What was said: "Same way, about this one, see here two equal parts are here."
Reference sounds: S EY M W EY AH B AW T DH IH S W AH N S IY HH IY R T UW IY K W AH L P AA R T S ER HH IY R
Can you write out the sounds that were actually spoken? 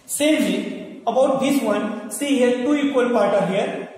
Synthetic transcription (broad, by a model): S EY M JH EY AH B AW T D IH S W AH N S IY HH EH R T UW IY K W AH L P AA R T ER HH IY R